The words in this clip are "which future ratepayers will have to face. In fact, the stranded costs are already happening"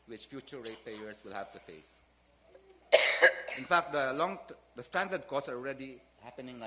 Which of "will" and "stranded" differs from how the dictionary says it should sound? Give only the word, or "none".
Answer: stranded